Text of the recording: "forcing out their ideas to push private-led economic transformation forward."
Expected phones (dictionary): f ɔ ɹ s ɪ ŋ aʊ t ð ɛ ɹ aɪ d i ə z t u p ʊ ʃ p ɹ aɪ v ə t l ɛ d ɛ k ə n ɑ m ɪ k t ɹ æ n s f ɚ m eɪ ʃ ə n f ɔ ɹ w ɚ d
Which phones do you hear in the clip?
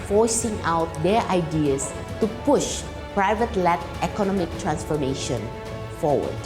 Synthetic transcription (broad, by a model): f ɔ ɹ s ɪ ŋ aʊ t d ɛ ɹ aɪ d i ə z t u p ʊ ʃ p ɹ aɪ v ə t l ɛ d ɛ k ə n ɑ m ɪ k t ɹ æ n s f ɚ m eɪ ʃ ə n f ɔ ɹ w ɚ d